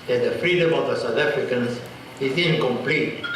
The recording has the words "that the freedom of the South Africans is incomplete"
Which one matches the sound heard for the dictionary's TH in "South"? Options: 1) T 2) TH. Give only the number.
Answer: 1